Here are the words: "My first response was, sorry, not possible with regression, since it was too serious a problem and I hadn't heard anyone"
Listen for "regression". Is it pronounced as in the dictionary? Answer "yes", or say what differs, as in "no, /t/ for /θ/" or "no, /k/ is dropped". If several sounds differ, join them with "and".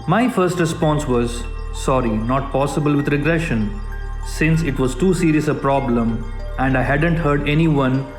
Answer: yes